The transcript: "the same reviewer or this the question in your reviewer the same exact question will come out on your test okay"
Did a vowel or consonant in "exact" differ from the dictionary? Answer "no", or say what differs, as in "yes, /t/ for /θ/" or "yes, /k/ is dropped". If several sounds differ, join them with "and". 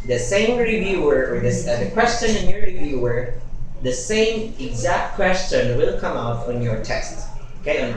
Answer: no